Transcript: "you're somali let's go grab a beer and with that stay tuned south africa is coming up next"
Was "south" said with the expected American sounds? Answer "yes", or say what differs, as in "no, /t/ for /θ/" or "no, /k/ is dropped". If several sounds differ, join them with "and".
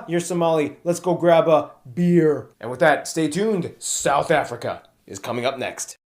yes